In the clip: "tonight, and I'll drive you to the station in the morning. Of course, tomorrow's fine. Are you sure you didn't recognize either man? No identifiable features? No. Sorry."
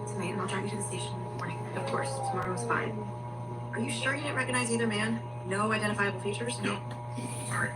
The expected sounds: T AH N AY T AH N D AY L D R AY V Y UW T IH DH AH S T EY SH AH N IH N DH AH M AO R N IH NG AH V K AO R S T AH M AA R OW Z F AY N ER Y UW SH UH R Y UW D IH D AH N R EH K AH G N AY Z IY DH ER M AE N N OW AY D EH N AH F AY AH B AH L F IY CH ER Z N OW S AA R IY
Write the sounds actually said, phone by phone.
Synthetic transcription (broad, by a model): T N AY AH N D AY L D R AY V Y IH T IH DH AH S T EY AH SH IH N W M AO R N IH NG AH V K AO R S T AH M AA R OW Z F AY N ER Y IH SH UH R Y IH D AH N R EH K AH G N AY Z IY DH ER M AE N N OW AY D EH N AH F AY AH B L F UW CH ER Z N OW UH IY